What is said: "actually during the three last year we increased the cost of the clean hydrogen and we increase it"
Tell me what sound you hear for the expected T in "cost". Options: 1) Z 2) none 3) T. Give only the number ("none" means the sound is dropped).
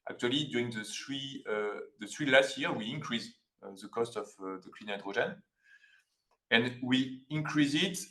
3